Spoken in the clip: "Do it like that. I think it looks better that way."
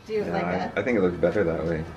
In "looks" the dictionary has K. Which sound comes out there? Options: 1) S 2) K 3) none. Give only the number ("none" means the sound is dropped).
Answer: 2